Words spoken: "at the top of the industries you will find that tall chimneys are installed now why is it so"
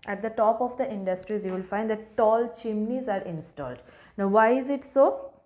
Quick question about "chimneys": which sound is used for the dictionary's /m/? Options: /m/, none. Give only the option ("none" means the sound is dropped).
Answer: /m/